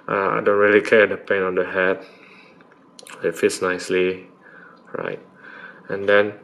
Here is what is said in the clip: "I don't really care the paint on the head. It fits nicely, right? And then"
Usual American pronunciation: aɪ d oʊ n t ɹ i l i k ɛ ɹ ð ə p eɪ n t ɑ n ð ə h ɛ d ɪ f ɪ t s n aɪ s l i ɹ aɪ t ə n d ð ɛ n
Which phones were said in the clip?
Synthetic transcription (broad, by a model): aɪ d oʊ n t ɹ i l i k ɛ ɹ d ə p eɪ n ɑ n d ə h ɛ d ɪ f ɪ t s n aɪ s l i ɹ aɪ t ə n d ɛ n